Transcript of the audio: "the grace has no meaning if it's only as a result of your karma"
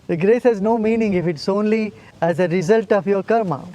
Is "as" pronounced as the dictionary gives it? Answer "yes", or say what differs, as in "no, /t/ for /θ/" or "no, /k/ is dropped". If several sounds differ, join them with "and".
yes